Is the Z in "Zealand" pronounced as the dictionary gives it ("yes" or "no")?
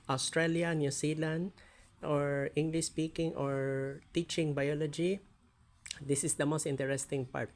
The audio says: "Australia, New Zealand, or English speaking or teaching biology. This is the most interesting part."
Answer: no